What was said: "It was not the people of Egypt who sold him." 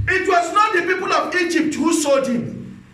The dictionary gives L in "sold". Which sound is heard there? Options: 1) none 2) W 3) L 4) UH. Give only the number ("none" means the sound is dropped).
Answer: 1